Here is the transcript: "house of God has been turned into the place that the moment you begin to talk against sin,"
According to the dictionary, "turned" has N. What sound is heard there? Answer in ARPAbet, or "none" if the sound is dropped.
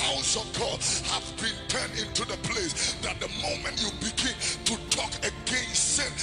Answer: N